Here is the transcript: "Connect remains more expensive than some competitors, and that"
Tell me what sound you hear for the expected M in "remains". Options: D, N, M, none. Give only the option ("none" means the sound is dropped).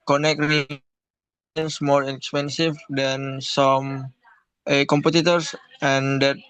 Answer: none